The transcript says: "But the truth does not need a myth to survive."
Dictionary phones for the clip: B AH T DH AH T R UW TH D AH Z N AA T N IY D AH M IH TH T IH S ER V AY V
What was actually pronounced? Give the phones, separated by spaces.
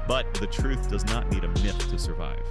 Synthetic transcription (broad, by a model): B AH T DH AH T R UW TH D AH Z N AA T N IY D AH M IH TH T IH S ER V AY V